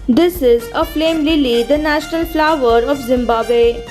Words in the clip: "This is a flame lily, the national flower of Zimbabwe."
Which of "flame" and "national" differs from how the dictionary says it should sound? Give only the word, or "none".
none